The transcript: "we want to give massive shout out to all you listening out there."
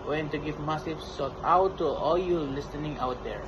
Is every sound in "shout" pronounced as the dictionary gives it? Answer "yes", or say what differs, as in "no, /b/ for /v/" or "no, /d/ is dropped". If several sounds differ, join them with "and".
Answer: no, /s/ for /ʃ/